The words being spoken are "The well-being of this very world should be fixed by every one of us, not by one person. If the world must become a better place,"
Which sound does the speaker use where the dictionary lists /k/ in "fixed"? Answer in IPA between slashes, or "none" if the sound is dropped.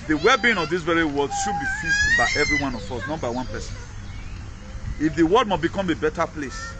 none